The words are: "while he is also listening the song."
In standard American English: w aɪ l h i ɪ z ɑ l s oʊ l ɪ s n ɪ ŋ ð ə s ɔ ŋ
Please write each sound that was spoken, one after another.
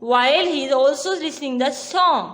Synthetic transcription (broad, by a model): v aɪ l h i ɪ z ɑ l s oʊ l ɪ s ɪ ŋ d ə s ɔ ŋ